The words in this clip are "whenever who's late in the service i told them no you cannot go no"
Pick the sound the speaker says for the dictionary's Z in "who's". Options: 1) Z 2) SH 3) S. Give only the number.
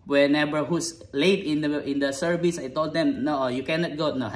3